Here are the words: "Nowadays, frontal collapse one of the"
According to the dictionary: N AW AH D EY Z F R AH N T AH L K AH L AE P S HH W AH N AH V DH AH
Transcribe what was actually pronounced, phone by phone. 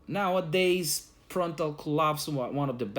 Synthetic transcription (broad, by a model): N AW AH D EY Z P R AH N T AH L K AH L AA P S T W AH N AH V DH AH